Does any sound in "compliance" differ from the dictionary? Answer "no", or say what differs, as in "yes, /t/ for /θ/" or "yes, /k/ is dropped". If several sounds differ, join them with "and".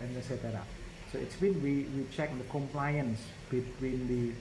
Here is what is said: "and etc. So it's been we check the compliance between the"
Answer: no